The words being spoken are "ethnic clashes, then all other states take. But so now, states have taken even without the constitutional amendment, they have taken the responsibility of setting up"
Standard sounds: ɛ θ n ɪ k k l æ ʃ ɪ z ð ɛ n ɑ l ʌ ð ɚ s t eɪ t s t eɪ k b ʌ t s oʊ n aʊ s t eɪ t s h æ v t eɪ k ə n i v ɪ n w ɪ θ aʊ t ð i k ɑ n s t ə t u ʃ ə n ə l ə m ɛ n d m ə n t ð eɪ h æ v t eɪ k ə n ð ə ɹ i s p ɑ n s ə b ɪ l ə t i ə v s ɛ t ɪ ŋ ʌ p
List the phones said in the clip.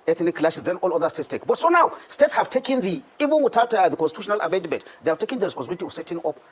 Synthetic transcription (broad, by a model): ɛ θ n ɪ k k l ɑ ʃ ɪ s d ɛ n ɑ l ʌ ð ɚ s t eɪ t s t eɪ k b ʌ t s oʊ n aʊ s t eɪ t s h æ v t eɪ k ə n i v ɪ n w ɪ t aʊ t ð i k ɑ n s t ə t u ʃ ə n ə l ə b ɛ d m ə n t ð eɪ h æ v t eɪ k ə n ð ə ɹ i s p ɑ s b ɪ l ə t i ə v s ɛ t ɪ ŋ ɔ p